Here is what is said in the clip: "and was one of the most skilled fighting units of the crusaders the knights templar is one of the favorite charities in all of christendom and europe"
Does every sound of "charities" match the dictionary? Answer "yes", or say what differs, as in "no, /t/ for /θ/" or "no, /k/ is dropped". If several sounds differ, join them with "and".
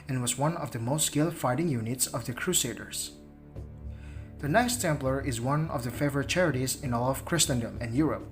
yes